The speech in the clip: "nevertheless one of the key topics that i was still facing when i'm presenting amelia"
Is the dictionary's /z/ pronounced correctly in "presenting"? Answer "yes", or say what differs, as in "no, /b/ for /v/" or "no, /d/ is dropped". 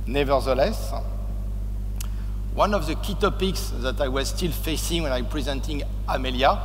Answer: yes